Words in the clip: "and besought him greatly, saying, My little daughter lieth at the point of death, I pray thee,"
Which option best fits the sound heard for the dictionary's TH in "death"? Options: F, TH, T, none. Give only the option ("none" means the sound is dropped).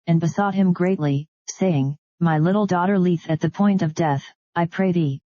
TH